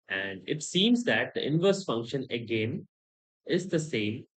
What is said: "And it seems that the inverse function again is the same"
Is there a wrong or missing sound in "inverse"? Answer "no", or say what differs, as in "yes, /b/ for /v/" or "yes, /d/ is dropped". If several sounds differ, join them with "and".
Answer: no